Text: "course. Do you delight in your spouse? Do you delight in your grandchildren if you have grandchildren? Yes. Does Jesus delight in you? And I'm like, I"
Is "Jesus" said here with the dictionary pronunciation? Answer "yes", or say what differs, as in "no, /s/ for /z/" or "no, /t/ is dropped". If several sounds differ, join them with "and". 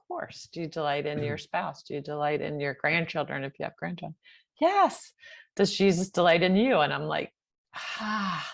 yes